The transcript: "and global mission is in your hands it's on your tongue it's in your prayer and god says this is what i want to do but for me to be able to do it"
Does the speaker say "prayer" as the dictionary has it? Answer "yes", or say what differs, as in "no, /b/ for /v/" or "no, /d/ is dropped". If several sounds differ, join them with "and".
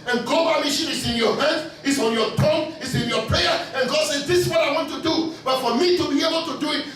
yes